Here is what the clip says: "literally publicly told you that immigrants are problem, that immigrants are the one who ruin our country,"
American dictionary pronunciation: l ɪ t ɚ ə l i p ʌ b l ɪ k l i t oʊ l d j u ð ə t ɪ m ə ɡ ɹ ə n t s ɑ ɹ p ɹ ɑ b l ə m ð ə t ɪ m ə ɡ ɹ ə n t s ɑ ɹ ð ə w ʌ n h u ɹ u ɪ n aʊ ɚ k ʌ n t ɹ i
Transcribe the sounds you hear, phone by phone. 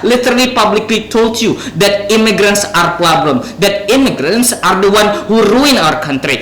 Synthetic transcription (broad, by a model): l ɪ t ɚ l i p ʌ b l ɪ k l i t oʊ l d j u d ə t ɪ m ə ɡ ɹ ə n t s ɑ ɹ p l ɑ b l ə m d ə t ɪ m ə ɡ ɹ ə n t s ɑ ɹ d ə w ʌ n h u ɹ u ɪ n aʊ ɚ k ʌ n t ɹ i